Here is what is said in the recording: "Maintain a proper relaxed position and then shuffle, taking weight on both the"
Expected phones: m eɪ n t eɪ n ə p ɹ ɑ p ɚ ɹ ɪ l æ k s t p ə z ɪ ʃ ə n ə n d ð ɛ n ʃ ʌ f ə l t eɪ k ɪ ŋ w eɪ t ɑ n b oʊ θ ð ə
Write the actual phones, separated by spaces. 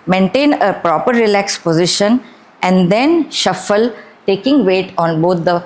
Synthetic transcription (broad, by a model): m eɪ n t eɪ n ə p ɹ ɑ p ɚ ɹ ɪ l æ k s p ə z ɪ ʃ ə n ə n d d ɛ n ʃ ʌ f ə l t eɪ k ɪ ŋ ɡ eɪ t ɑ n b oʊ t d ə